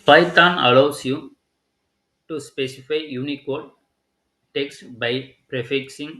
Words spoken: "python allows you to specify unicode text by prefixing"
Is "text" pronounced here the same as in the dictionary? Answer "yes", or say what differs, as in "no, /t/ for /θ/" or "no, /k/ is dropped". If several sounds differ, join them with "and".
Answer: yes